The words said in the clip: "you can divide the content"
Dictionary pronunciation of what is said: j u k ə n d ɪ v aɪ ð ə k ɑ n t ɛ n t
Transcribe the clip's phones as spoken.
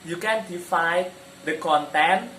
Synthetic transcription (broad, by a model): j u k ə n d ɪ f aɪ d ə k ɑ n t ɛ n